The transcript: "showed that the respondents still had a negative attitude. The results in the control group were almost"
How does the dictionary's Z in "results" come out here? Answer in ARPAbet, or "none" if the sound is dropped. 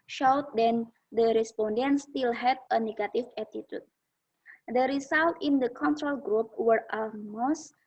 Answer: S